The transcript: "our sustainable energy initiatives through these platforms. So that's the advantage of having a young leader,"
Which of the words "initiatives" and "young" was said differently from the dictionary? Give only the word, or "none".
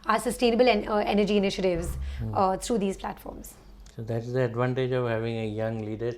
none